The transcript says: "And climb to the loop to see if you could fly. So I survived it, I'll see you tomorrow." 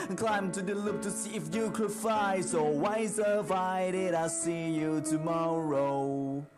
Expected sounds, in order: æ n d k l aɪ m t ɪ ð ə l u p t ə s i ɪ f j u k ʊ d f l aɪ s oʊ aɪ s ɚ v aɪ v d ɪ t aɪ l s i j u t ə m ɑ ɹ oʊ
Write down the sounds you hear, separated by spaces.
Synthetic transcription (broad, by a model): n k l aɪ m t ɪ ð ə l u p t ə s i ɪ f j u k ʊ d f aɪ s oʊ aɪ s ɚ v aɪ d ɪ t aɪ s i j u t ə m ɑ ɹ oʊ